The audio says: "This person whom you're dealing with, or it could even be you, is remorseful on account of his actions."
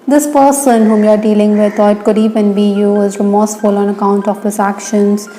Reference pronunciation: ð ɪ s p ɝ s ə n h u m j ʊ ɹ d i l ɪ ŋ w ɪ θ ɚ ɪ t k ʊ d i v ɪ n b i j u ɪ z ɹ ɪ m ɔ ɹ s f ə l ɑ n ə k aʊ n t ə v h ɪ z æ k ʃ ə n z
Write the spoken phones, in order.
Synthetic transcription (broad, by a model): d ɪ s p ɝ s ə n h u m j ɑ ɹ d i l ɪ ŋ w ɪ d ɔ ɪ t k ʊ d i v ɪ n b i j u ɪ z ɹ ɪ m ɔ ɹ s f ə l ɑ n ə k aʊ n t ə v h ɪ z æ k ʃ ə n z